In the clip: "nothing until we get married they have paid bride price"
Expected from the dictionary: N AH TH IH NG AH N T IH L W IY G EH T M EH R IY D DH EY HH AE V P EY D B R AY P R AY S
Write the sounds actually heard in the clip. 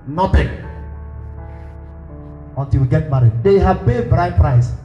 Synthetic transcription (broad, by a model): N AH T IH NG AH N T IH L W IY G EH T M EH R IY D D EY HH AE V B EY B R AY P R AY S